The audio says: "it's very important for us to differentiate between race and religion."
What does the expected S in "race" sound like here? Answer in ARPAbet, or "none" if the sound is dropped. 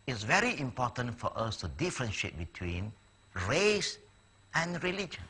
S